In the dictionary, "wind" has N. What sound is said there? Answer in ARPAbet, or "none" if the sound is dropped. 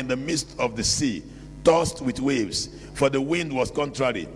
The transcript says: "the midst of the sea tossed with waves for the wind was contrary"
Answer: N